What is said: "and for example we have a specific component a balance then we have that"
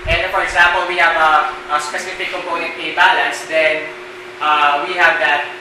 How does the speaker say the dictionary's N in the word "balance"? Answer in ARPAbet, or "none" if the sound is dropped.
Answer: N